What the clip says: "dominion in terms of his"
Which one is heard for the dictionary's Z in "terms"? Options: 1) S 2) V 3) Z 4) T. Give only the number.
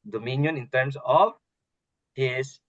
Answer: 1